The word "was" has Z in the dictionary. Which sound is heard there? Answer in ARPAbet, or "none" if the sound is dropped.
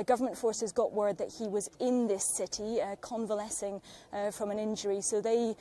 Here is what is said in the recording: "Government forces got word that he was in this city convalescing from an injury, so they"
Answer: Z